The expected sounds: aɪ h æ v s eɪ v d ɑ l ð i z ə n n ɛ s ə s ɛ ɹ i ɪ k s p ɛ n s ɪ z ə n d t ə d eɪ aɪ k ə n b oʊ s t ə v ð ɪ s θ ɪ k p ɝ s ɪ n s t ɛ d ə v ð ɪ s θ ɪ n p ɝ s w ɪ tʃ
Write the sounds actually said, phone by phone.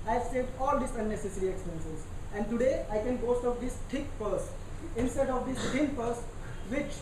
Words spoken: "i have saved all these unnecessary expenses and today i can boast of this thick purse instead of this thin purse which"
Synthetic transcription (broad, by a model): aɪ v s eɪ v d ɑ l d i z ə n n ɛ s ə s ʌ ɹ i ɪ k s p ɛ n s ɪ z ə n d t ə d eɪ aɪ k ə n b oʊ s t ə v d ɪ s t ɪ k p ɝ s ɪ n s t ɛ d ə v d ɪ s t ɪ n p ɝ s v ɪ tʃ